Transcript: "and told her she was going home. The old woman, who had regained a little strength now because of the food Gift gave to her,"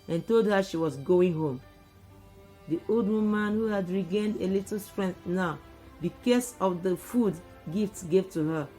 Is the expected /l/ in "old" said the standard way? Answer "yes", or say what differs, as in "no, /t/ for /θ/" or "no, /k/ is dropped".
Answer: yes